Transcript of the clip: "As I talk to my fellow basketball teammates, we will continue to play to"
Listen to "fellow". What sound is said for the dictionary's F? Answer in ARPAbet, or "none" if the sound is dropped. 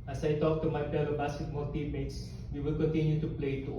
P